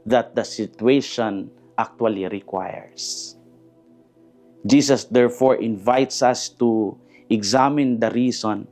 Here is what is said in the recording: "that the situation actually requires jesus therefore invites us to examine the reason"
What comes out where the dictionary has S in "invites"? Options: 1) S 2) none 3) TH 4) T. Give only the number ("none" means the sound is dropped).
1